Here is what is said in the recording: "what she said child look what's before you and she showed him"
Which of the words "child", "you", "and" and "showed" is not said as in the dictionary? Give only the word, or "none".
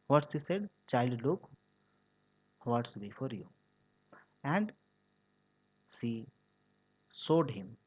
showed